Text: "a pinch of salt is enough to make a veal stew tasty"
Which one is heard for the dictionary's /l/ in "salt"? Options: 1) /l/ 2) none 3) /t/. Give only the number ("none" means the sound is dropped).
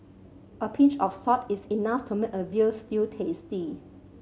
2